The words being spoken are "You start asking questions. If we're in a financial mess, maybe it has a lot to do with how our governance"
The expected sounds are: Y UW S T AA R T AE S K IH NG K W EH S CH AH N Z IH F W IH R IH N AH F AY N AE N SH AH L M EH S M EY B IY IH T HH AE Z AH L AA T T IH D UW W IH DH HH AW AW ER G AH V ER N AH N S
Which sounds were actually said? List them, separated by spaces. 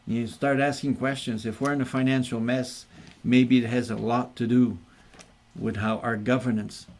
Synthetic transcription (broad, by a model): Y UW S T AA R T AE S K IH NG K W EH S CH AH N Z IH F W IH R IH N AH F AY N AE N SH L M EH S M EY B IY IH T HH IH Z AH L AA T T IH D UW W IH DH HH AW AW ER G AH V ER N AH N S